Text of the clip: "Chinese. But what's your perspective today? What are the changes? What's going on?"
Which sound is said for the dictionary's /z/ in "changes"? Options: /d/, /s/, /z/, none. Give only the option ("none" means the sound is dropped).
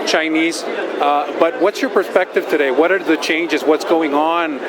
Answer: /z/